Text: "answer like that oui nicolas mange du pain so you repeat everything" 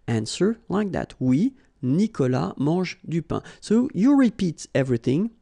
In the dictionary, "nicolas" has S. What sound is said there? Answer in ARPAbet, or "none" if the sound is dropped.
none